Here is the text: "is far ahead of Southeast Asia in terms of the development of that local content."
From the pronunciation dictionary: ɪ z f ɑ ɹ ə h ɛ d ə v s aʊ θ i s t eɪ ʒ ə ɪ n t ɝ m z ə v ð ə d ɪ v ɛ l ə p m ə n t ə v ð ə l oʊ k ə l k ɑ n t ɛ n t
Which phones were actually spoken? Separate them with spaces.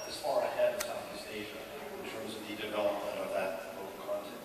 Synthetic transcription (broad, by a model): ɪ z f ɑ ɹ ə h ɛ d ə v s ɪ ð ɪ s eɪ ʒ ə ɪ n t ɝ m z ə v ð ə d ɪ v ɛ l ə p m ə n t ə v ð ə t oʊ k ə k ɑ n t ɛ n